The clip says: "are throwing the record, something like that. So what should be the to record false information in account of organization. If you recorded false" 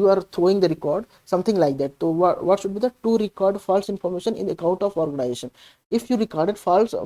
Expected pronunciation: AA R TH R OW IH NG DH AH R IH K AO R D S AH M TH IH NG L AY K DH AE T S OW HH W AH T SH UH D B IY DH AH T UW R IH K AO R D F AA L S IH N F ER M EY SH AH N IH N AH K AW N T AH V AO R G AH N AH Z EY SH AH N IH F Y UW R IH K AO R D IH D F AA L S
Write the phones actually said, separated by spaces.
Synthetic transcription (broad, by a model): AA R T R OW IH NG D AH R IH K AO R D S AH M T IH NG L AY K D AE T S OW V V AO T SH UH D B IY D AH T UW R IH K AO R D F AA L S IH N F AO M EY SH AH N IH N AH K AW N T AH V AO R G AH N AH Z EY SH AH N IH F Y UW R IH K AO R D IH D F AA L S